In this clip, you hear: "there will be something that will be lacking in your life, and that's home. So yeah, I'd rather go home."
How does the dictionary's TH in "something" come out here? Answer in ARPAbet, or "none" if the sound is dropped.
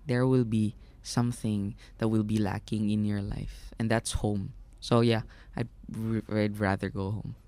TH